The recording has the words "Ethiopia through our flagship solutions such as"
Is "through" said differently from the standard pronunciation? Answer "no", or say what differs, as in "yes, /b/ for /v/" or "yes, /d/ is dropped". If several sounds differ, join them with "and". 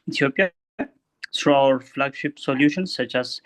yes, /s/ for /θ/